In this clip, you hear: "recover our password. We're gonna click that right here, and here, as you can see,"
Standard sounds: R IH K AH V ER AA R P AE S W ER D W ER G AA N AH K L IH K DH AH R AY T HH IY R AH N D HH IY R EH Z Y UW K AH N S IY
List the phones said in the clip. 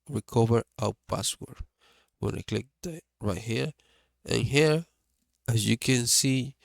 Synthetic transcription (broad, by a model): R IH K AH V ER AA W P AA S W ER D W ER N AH K L IH K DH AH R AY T HH IY R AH N HH IY R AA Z Y UW K AH N S IY